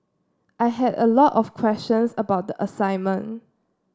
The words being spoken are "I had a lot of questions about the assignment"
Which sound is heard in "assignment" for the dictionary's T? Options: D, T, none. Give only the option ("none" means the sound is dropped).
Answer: none